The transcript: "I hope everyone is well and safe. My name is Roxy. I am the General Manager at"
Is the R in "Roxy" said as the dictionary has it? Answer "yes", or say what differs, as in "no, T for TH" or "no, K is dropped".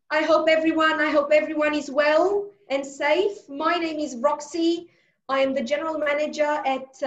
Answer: yes